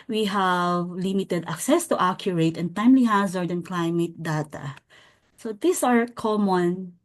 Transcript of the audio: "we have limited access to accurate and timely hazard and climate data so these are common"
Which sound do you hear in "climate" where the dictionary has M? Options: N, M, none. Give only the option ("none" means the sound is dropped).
M